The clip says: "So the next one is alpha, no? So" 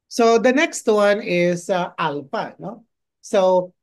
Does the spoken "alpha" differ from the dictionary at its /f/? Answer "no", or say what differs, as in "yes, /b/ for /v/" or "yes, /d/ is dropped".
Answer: yes, /p/ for /f/